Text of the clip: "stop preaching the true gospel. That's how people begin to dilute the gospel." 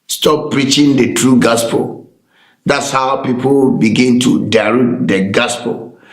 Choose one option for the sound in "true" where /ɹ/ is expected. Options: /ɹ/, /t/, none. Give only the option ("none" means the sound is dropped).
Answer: /ɹ/